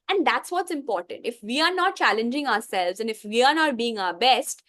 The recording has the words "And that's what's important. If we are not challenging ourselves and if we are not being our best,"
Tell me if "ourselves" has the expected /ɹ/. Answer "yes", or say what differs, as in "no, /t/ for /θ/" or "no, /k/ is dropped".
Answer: yes